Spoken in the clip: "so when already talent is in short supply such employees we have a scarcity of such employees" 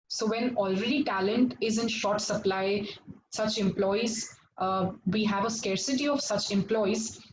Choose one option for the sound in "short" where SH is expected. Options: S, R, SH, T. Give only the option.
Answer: SH